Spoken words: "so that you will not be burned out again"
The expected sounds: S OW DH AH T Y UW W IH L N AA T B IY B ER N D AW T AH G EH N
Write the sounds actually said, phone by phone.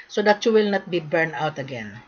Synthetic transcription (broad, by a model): S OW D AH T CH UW W IH L N AA T B IY B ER N AW T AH G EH N